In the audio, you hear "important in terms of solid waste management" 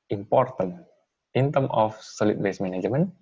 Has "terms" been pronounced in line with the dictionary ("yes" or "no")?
no